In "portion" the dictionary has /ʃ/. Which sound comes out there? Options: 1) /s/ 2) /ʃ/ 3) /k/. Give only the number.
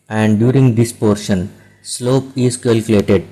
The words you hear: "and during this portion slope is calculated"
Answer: 2